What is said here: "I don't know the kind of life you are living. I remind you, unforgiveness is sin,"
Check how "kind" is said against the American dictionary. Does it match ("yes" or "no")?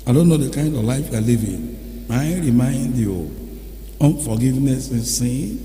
yes